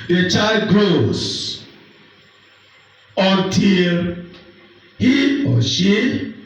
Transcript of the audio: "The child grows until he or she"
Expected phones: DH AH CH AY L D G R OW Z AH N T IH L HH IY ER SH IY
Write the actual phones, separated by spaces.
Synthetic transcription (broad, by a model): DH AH CH AY L D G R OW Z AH N T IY L HH IY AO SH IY